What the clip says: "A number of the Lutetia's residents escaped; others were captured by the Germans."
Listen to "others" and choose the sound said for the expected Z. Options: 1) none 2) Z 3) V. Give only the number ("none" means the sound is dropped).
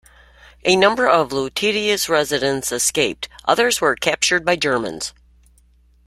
2